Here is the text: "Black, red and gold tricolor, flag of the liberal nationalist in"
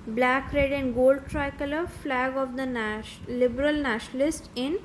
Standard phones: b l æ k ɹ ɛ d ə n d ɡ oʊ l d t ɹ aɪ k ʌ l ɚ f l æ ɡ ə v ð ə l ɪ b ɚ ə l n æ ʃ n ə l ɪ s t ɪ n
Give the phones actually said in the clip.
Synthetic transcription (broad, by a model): b l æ k ɹ ɛ d ə n d ɡ oʊ l d t ɹ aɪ k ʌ l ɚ f l æ ɡ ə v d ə l ɪ b ɚ ə l n æ ʃ n ə l ɪ s t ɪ n